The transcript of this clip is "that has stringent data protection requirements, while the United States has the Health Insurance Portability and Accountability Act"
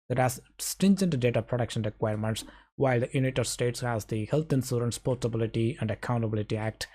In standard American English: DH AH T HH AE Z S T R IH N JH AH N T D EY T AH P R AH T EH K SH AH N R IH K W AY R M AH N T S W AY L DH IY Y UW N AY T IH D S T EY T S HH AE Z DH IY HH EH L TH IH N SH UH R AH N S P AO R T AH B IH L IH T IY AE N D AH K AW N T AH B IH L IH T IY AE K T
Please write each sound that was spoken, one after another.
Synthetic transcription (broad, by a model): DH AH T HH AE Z S T IH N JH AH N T D EY T AH P R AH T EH K SH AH N R IH K W AY R M AH N T S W AY L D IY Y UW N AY T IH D S T EY T S HH AE Z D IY HH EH L T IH N S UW R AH N S P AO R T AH B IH L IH T IY AE N D AH K AW N T AH B IH L IH T IY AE K T